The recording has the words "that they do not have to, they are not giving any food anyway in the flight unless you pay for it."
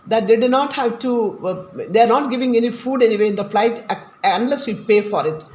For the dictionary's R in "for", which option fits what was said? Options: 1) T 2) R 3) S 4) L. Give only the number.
2